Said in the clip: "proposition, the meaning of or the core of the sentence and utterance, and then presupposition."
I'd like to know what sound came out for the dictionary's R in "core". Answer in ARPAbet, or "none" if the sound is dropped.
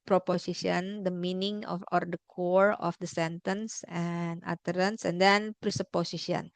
R